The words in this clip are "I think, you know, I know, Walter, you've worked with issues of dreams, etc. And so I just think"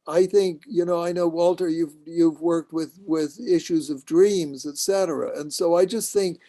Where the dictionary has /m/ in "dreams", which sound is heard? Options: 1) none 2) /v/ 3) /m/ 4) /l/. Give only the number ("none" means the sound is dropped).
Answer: 3